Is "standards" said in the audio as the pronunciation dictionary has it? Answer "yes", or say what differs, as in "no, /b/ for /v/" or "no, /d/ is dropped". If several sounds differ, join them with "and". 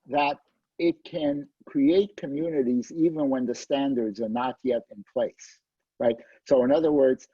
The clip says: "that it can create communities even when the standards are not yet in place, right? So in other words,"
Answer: yes